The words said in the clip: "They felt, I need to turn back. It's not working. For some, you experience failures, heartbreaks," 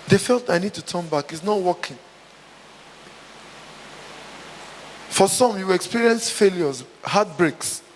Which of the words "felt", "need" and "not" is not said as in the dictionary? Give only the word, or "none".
none